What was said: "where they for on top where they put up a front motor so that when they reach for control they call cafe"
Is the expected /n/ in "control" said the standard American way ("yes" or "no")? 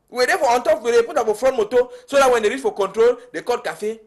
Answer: yes